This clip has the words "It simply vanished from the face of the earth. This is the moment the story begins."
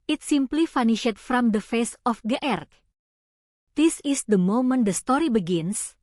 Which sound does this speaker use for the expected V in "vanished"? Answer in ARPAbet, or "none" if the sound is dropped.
F